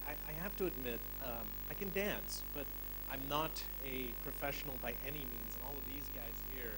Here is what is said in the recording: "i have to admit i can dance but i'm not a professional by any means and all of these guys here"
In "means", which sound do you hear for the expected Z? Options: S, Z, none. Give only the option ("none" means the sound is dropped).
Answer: Z